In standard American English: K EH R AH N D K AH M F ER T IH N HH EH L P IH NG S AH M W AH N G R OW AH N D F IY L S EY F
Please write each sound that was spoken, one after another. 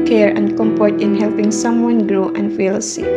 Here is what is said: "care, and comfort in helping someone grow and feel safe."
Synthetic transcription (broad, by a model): K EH R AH N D K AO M P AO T IH N HH EH L P IH NG S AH M W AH N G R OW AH N F IY L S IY